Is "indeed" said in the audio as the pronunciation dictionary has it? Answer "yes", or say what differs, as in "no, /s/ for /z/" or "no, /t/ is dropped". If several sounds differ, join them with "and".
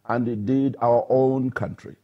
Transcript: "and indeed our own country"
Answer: no, /n/ is dropped